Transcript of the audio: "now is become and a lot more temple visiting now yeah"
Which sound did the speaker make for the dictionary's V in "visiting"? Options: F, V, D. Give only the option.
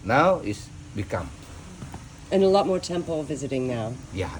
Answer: V